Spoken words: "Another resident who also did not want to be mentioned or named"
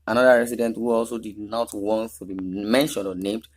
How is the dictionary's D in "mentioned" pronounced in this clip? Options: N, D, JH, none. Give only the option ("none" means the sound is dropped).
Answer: none